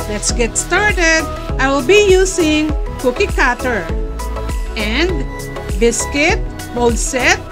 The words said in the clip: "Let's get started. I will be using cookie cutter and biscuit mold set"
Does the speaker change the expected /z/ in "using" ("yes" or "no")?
yes